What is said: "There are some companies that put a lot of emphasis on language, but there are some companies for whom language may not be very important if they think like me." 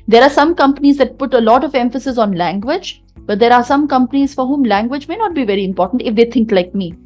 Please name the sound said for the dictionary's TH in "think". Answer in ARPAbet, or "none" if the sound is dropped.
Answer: T